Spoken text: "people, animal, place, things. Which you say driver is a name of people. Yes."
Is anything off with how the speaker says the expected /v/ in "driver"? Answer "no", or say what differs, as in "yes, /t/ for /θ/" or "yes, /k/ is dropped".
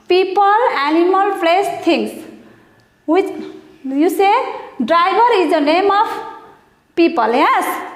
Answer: yes, /b/ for /v/